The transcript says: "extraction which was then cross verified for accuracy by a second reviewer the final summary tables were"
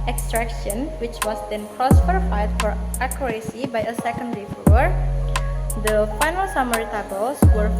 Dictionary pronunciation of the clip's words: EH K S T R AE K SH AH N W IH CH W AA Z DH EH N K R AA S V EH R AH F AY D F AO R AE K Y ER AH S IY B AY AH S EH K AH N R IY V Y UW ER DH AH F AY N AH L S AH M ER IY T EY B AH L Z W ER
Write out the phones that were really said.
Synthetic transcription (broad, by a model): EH K S T R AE K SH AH N W IH CH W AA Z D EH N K R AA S F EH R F AY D F AO R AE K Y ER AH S IY B AY AH S EH K AH N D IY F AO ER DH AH F AY N AH L S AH M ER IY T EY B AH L S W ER